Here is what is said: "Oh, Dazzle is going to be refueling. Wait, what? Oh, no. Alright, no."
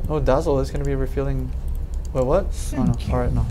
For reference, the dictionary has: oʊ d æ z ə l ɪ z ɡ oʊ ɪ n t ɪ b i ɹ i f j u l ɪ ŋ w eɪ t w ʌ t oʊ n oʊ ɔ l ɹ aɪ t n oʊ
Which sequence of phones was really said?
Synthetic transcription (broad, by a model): oʊ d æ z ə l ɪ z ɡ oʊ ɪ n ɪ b i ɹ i f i l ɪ ŋ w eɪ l w ʌ t oʊ n oʊ ɔ l ɹ aɪ t n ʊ